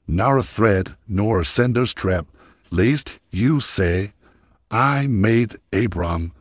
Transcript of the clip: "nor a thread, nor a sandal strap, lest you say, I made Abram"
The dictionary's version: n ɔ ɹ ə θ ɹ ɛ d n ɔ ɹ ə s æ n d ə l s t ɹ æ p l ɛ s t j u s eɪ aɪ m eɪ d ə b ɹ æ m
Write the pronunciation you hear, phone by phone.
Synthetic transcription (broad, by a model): n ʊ ɹ ə θ ɹ ɛ d n ɔ ɹ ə s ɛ n d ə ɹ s t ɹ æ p l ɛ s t j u s eɪ aɪ m eɪ d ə b ɹ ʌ m